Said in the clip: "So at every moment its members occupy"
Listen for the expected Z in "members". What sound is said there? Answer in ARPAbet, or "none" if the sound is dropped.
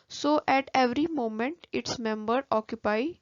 none